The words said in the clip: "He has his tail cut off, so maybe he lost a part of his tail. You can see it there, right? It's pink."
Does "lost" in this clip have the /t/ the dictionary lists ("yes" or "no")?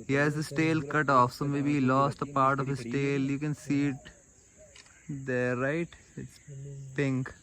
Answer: yes